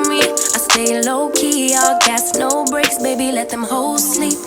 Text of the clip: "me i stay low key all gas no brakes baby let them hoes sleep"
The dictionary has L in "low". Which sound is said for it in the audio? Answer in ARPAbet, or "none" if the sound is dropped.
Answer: L